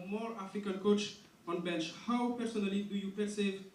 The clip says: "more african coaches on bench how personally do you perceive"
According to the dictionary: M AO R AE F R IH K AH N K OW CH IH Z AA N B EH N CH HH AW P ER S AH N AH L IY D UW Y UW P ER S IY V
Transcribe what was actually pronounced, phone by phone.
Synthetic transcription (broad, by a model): M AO R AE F IH K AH L K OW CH AA N B EH N CH HH AW P ER S AH N AH L IY D UW Y UW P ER S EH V